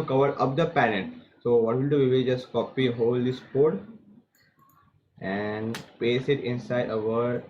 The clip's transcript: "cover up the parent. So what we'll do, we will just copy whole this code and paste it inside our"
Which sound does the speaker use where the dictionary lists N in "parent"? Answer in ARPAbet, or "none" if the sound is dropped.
none